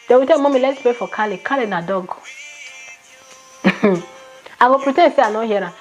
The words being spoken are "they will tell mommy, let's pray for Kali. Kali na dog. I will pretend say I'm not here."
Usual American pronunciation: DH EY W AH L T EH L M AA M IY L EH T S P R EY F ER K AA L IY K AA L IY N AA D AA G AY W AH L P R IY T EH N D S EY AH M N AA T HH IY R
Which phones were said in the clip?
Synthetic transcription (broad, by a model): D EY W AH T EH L M AA M IY L EH T S P R EY F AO K AA L IY K AA L IY N AA D AA G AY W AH P R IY T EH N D S EY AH N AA HH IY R